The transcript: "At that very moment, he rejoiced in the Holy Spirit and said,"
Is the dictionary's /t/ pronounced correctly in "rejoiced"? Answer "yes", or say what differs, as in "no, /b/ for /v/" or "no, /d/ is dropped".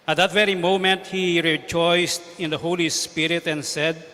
yes